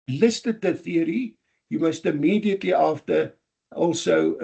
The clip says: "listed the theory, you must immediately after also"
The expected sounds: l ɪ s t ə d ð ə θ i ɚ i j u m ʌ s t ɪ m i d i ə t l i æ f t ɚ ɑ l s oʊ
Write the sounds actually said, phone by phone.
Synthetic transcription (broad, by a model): l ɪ s t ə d ð ə θ i ɚ i j u m ʌ s t ɪ m i d i ə t l i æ f t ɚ ɑ l s oʊ